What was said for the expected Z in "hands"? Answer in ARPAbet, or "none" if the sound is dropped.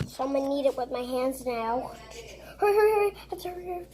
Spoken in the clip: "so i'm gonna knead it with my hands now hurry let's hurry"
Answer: Z